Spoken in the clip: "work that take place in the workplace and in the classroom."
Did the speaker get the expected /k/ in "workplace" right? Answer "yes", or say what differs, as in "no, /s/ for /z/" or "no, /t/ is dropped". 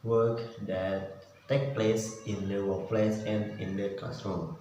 no, /k/ is dropped